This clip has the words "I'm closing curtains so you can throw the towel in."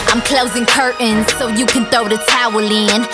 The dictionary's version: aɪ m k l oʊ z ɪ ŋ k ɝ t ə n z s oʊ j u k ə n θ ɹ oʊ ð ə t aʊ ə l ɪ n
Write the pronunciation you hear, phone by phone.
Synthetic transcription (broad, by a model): aɪ m k l oʊ z ɪ ŋ k ɝ t n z s oʊ j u k ə n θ oʊ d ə t aʊ ə l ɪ n